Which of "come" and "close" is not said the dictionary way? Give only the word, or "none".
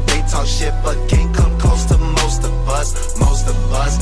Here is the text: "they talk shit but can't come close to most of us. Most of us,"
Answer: close